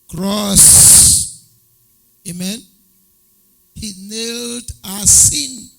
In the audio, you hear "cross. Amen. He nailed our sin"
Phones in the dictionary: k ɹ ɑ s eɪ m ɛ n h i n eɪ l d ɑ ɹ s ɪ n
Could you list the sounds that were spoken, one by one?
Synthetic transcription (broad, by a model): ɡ ɹ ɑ s eɪ m ɛ n h i n eɪ l d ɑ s s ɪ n